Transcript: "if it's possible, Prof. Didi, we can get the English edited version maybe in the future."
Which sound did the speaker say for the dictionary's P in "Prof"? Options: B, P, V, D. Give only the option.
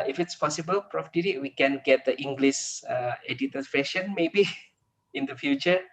P